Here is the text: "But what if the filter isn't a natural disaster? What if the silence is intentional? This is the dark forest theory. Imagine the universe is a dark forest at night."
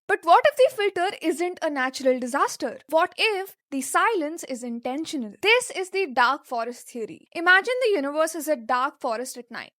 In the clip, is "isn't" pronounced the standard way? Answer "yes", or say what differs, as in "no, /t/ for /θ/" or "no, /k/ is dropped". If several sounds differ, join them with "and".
yes